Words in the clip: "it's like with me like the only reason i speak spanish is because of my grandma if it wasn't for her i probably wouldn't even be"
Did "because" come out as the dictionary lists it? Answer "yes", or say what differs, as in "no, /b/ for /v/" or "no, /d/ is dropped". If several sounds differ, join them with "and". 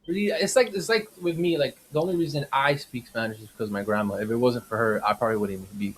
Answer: yes